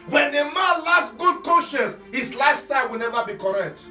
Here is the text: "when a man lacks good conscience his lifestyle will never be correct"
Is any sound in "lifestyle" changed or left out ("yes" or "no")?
yes